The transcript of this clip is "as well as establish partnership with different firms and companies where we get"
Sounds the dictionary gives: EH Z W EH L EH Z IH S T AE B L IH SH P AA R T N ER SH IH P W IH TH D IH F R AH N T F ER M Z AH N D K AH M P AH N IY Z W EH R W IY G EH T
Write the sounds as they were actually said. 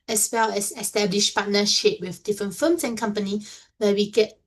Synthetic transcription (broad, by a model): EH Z W EH L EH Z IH S T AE B L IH SH P AA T N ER SH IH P W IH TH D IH F R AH N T F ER M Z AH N K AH M P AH N IY W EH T W IY G EH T